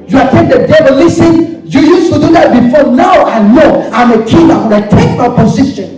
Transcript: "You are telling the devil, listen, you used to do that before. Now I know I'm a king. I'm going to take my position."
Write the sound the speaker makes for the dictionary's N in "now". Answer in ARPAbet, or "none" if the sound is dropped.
N